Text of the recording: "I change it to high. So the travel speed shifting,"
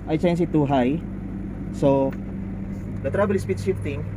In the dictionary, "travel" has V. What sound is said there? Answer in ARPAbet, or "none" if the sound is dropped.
B